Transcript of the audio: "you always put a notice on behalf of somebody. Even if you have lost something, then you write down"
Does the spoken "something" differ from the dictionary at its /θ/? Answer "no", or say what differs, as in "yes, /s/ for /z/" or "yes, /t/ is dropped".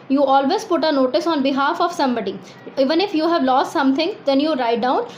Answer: yes, /t/ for /θ/